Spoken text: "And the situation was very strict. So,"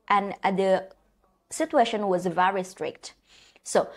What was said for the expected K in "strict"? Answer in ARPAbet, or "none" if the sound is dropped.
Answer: K